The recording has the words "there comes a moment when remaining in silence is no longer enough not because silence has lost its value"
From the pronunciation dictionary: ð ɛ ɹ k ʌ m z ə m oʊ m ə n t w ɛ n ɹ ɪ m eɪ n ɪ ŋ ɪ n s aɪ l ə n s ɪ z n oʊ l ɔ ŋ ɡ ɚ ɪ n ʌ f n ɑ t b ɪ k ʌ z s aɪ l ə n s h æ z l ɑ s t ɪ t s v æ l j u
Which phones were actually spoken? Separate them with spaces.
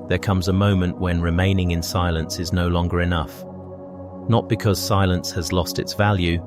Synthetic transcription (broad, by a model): ð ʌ ɹ k ʌ m z ə m oʊ m ə n t w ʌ n ɹ ɪ m eɪ n ɪ ŋ ɪ n s aɪ l ə n s ɪ z n oʊ l ɔ ŋ ɡ ɚ ɪ n ʌ f n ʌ t b ɪ k ʌ z s aɪ l ə n s h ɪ z l ɑ s t ɪ t s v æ l j u